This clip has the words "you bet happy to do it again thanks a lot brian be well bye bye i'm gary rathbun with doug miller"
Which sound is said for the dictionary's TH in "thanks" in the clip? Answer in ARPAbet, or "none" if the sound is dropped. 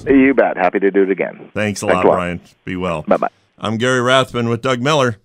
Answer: TH